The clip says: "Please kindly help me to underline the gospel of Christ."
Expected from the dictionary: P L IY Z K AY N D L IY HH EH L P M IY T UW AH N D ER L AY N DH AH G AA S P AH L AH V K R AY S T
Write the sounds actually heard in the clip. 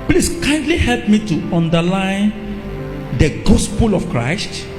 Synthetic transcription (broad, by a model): P L IY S K AY N D L IY HH EH L P M IY T UW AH N D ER L AY N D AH G AA S P AH L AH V K R AY S T